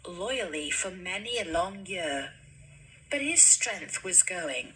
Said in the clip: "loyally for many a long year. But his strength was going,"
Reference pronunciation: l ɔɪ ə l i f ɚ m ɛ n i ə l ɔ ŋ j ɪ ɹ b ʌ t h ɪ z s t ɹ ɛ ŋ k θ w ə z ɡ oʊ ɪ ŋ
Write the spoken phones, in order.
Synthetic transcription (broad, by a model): l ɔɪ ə l i f ɚ m ɛ n i ə l ɔ ŋ j ɪ ɹ b ʌ t h ɪ z s t ɹ ɛ ŋ k θ w ə z ɡ oʊ ɪ ŋ